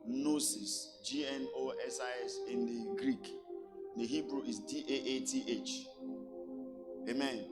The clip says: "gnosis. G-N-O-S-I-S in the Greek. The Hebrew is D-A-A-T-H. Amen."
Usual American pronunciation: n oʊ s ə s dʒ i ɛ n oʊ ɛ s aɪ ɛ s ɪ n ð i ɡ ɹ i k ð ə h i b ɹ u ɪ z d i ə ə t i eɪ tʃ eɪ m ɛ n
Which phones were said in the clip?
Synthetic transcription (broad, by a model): n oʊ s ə s dʒ i ɛ n oʊ ɛ s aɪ ɛ s ɪ n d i ɡ ɹ i k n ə h i b ɹ u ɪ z d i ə ə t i eɪ tʃ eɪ m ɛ n